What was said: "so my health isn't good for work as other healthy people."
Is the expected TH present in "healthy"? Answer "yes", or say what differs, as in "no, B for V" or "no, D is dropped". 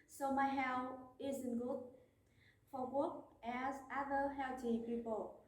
no, T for TH